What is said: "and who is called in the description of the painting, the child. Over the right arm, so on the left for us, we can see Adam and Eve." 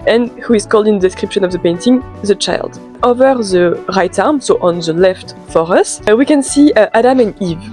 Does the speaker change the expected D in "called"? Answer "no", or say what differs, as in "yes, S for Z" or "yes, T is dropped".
no